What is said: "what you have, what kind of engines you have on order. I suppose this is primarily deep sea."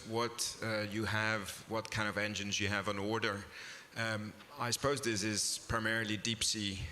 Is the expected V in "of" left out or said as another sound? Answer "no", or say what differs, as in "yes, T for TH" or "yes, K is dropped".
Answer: no